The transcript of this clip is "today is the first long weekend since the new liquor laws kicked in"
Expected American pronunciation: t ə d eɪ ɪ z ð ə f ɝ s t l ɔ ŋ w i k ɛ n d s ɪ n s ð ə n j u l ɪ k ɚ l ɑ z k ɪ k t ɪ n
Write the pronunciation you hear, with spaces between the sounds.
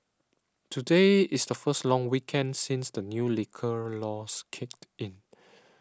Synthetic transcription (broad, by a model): t ə d eɪ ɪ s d ə f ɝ s t l ɔ ŋ w i k ɛ n d s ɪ n s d ə n j u l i k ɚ l ɑ s k ɪ k t ɪ n